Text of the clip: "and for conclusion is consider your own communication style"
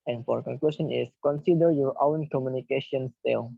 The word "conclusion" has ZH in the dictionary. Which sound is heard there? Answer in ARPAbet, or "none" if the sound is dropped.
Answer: S